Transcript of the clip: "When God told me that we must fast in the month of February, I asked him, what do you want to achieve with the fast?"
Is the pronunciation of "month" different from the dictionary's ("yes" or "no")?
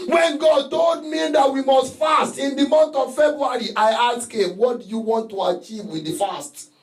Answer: yes